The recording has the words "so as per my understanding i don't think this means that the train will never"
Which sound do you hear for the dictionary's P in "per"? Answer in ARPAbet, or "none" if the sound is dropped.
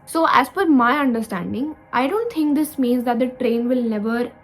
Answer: F